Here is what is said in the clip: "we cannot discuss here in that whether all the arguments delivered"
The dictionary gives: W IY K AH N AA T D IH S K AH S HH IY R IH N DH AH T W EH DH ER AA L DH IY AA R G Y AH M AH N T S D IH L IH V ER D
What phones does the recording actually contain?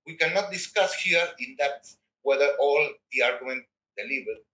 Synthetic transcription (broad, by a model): W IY K AH N AA T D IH S K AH S HH IY R IH N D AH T W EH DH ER AA L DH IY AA R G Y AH M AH N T D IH L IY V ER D